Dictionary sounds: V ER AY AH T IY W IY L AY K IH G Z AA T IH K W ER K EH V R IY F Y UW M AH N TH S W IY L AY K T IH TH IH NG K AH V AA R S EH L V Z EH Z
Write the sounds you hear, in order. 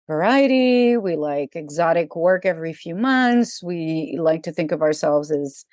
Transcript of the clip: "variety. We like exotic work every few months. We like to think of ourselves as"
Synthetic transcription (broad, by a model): V ER AY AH T IY W IY L AY K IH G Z AA T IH K W ER K EH V R IY F Y UW M AH N TH S W IY L AY K T IH TH IH NG K AH V AA R S EH L V Z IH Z